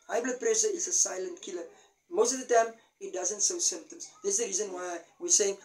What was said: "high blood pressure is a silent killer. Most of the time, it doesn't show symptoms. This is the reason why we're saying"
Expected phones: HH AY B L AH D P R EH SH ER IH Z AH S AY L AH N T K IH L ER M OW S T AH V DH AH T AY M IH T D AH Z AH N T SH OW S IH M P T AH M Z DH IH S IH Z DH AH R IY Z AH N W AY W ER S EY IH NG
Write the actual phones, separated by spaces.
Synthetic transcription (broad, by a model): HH AY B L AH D P R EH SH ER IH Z AH S AY L AH N T K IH L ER M OW S T AH V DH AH T AY M IH T D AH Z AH N T S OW S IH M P T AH M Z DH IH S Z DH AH R IY Z AH N W AY W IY S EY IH NG